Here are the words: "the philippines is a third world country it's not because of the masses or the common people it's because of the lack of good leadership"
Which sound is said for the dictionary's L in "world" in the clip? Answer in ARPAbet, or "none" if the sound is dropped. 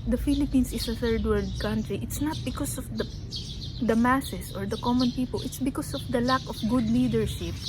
none